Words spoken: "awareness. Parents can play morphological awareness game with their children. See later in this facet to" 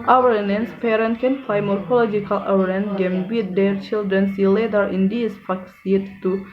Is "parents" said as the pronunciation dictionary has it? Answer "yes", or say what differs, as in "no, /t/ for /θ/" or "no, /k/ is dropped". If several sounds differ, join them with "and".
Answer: no, /s/ is dropped